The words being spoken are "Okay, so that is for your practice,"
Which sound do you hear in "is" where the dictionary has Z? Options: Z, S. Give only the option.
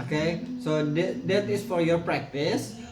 S